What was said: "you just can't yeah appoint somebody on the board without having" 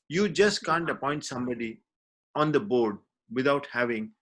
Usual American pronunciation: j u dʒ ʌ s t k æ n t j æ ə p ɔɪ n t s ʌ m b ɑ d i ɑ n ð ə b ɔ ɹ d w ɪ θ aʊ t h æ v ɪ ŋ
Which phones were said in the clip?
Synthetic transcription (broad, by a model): j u dʒ ʌ s t k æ n t ə p ɔɪ n t s ʌ m b ɑ d i ɑ n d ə b ɔ ɹ d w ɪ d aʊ t h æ v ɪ ŋ